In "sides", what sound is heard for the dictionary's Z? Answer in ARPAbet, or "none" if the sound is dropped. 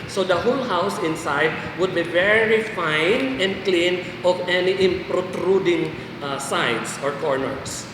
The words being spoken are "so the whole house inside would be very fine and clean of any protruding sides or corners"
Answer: S